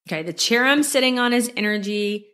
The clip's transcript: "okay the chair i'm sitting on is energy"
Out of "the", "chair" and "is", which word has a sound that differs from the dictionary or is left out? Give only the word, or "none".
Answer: none